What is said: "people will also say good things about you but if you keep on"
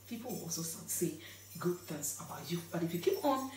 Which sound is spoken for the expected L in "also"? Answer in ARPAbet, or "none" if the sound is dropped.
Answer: none